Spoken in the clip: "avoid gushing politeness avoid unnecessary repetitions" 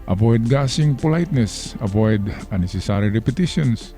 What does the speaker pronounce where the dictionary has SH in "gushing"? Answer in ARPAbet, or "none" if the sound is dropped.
S